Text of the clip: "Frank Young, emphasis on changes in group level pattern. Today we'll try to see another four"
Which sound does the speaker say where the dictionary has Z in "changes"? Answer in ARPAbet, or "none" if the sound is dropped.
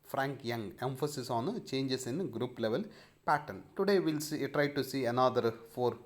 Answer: S